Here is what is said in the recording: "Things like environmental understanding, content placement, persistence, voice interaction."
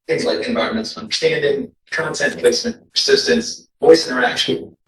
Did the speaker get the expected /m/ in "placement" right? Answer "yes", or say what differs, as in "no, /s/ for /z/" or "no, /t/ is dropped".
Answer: no, /m/ is dropped